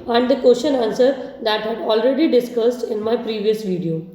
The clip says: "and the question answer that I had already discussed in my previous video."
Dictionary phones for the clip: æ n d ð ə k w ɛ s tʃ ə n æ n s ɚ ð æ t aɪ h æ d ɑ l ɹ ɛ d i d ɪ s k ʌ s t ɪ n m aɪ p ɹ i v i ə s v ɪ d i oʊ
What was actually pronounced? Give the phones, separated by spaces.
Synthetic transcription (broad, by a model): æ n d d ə k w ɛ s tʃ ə n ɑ n s ɚ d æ t h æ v ɑ l ɹ ɛ d i d ɪ s k ʌ s t ɪ n m aɪ p ɹ i v i ə s v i d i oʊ